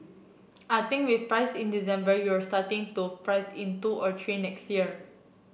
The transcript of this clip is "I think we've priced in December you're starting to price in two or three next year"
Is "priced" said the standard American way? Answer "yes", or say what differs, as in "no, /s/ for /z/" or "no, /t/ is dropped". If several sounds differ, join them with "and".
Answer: no, /t/ is dropped